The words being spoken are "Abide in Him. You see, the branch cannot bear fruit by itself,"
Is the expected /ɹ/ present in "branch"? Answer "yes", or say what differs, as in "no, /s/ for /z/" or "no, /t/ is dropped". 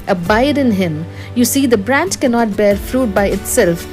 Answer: yes